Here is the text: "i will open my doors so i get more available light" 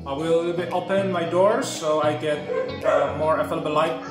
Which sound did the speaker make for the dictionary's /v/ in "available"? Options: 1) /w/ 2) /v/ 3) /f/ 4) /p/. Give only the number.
3